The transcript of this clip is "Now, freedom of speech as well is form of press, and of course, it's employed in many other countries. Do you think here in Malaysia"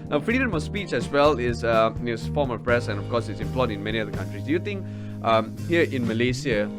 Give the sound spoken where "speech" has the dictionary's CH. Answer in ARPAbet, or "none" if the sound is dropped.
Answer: CH